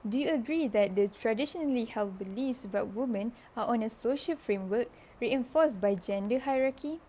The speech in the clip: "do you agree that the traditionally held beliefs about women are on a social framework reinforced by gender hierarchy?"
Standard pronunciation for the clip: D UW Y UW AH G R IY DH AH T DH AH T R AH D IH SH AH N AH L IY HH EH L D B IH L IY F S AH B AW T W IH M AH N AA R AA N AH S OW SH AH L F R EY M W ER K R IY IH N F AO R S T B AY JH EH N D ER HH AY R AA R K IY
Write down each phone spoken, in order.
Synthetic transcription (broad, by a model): D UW Y UW AH G R IY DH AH T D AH T R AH D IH SH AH N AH L IY HH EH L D B IH L IY F S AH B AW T W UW M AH N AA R AA N AH S OW SH AH L F R EY M W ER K R IY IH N F AO S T B AY JH EH N D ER HH AY R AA K IY